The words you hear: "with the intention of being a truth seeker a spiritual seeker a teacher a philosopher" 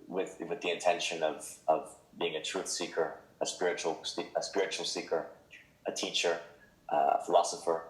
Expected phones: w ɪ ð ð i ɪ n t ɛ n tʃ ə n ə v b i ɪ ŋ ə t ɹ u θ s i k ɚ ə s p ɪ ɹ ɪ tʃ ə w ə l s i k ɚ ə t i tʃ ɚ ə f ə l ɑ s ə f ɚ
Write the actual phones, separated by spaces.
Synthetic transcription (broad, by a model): w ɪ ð ð i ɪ n t ɛ n ʃ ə n ə v b i ɪ ŋ ə t ɹ u θ s i k ɚ ə s p ɪ ɹ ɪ tʃ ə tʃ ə l s i k ɚ ə t i tʃ ɚ ə f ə l ɑ s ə f ɚ